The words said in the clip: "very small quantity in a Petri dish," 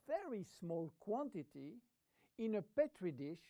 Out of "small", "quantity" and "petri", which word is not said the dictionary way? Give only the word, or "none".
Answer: none